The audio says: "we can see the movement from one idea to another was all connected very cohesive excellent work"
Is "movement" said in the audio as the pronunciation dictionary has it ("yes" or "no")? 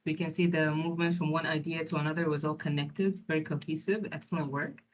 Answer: yes